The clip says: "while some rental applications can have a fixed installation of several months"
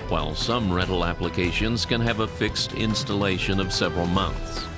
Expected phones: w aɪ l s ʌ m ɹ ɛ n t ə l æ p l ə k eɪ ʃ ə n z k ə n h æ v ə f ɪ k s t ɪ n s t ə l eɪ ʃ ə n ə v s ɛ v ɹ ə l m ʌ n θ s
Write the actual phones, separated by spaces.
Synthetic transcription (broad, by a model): w aɪ l s ʌ m ɹ ɛ t l æ p l ə k eɪ ʃ ə n z k ə n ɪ v ə f ɪ k s t ɪ n s t ə l eɪ ʃ ə n ə v s ɛ v ɹ l m ʌ n θ s